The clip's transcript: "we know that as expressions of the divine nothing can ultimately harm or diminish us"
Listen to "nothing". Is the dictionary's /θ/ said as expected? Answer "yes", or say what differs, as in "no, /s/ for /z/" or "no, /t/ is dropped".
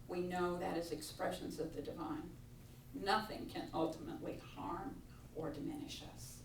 yes